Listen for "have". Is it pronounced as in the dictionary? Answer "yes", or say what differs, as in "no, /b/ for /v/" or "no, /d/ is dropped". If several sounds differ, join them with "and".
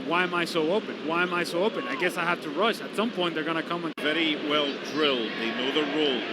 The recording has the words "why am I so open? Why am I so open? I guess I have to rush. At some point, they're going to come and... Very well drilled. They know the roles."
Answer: no, /f/ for /v/